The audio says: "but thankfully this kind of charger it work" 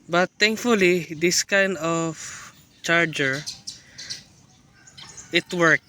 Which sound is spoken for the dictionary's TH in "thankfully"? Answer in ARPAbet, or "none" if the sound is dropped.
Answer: T